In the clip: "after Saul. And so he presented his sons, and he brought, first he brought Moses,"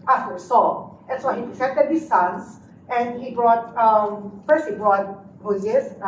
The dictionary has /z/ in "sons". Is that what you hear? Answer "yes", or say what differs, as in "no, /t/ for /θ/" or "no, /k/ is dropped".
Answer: no, /s/ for /z/